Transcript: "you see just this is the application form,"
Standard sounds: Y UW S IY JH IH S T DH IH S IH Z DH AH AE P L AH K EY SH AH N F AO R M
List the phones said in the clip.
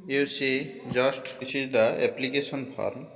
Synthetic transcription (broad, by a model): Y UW S IY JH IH S T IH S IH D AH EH P L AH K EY S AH N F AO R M